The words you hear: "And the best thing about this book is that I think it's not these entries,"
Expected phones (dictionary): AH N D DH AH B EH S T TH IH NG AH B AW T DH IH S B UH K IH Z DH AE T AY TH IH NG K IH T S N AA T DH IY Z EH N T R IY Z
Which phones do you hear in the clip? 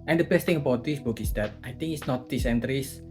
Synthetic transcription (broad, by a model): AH N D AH B EH S T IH NG AH B AW T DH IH S B UH K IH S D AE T AY T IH NG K IH T S N AA T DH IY S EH N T R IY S